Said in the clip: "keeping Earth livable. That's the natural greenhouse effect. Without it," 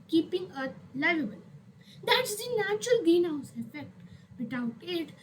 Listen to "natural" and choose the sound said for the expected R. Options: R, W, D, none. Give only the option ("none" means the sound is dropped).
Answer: R